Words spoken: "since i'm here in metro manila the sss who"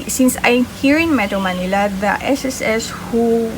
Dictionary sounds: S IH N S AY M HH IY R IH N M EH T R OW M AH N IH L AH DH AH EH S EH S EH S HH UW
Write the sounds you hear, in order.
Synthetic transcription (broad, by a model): S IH N S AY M HH IY R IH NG M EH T OW M AH N IH L AH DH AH EH S EH S EH S HH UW